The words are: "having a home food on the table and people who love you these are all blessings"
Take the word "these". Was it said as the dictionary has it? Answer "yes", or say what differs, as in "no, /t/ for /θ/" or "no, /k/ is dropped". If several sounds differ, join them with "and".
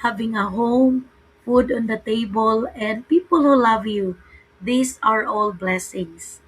no, /s/ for /z/